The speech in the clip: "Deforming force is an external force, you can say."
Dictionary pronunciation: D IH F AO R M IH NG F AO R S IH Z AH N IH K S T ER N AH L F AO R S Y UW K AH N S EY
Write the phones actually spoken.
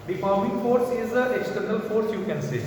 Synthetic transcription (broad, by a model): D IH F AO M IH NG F AO R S IH Z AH IH K S T ER N AH L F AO R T Y UW K AH N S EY